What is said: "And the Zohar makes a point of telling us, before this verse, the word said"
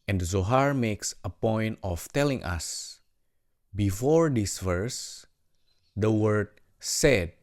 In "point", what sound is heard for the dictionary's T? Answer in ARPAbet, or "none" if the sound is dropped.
T